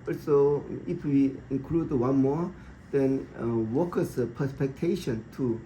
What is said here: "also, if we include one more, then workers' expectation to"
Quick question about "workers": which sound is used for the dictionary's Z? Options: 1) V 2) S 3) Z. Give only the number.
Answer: 2